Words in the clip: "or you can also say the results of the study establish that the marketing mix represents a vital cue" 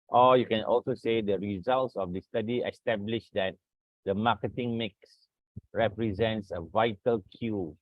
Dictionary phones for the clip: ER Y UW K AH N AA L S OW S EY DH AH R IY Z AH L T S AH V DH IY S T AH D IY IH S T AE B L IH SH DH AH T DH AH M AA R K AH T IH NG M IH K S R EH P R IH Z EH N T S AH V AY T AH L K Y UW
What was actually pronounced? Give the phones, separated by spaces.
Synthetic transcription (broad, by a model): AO Y UW K AH N AA L S OW S EY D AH R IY Z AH L T S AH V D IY S T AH D IY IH S T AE B L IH SH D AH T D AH M AA K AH T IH NG M IH K S R EH P R IH Z EH N T S AH V AY T AH L K Y UW